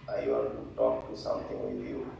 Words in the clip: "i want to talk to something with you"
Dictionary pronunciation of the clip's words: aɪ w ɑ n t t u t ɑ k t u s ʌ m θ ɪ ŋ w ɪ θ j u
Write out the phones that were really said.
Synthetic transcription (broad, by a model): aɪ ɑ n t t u t ɑ k t u s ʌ m t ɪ ŋ w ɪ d j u